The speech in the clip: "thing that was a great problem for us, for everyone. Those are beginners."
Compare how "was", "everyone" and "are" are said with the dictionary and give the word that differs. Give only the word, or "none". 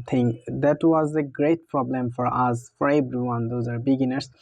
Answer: everyone